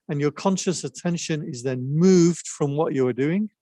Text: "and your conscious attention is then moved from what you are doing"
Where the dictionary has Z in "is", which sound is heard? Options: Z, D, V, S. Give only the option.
Z